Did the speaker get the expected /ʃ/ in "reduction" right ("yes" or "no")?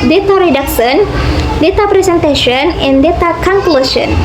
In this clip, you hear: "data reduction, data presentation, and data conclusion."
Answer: no